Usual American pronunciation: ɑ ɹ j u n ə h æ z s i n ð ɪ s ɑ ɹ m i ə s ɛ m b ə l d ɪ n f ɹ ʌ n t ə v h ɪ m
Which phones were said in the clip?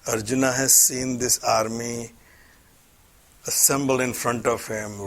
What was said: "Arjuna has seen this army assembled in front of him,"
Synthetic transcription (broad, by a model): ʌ ɹ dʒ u n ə h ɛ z s i n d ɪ s ɑ ɹ m i ə s ɛ m b ə l d ɪ n f ɹ ʌ n t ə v h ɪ m